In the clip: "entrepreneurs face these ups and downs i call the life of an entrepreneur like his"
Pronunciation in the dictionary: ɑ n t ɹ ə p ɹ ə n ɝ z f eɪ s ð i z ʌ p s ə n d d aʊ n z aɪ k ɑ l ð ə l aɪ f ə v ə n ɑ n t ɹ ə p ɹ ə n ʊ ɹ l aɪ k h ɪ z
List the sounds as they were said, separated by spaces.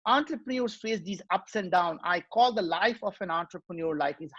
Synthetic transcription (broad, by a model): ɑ n t ɹ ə p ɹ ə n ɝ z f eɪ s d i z ʌ p s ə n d d aʊ n aɪ k ɑ l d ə l aɪ f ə f ə n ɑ n t ɹ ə p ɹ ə n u ɹ l aɪ k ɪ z